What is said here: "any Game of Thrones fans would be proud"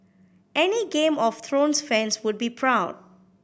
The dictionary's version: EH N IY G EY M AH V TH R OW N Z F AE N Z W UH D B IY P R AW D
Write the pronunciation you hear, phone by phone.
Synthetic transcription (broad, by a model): EH N IY G EY M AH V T R OW N S F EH N S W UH D B IY P R AW D